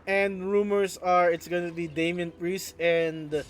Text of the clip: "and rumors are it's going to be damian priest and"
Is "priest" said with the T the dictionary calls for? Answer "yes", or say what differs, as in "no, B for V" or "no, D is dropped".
no, T is dropped